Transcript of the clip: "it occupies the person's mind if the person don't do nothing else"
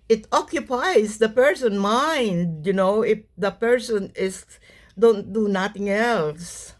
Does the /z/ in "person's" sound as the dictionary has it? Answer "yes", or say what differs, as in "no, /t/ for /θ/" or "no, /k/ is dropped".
no, /z/ is dropped